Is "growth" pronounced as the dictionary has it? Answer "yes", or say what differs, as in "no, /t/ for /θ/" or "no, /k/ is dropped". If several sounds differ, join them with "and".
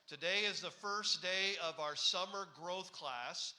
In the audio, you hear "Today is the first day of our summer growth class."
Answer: yes